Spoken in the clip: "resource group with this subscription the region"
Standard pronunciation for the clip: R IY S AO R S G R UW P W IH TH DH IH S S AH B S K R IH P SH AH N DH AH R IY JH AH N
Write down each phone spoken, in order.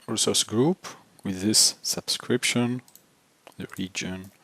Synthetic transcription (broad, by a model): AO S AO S G R UW P W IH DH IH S S AH B S K R IH P SH AH N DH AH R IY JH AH N